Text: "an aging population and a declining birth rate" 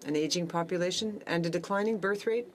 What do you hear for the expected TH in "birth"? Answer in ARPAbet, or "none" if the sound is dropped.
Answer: TH